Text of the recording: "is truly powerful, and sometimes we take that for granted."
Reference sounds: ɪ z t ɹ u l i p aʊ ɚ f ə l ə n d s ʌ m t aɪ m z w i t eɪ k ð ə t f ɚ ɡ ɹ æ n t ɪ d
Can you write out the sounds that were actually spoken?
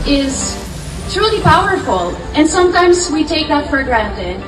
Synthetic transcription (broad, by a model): ɪ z t ɹ u l i p aʊ ɚ f ə l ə n s ʌ m t aɪ m z w i t eɪ k ð ə t f ɚ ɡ ɹ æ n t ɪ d